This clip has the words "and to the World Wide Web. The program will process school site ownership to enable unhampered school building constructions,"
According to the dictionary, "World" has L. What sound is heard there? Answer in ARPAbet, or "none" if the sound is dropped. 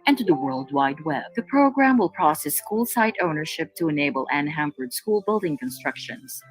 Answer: L